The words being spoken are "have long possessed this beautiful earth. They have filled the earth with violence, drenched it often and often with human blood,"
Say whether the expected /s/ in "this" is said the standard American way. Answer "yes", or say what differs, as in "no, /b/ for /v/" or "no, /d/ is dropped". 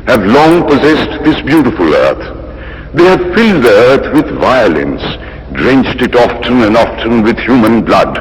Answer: yes